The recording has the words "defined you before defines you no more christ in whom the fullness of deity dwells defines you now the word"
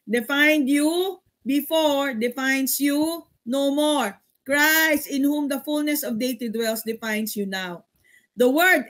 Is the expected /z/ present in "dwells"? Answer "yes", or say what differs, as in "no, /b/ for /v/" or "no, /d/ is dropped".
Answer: no, /s/ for /z/